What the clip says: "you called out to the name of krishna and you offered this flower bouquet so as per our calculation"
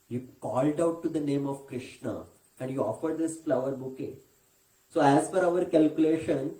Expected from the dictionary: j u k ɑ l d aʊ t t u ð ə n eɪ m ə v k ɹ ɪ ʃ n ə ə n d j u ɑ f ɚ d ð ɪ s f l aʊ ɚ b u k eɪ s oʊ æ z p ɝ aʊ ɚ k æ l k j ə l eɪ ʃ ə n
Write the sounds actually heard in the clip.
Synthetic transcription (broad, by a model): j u k ɑ l d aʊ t t u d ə n eɪ m ə v k ɹ ɪ ʃ n ə ə n d j u ɑ f ɚ d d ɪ s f l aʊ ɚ b u k eɪ s oʊ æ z f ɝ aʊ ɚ k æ l k j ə l eɪ ʃ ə n